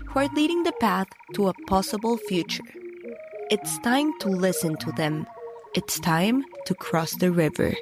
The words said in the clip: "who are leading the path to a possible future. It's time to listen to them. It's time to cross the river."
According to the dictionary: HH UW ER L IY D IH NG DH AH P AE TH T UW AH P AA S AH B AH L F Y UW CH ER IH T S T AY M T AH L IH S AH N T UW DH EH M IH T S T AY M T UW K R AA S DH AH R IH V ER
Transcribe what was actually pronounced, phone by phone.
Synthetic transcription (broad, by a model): HH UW ER L IY D IH NG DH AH P AE TH T UW AH P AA S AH B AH L F Y UW CH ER IH T S T AY M T AH L IH S AH N T UW DH EH M IH T S T AY M T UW K R AA S DH AH R IH V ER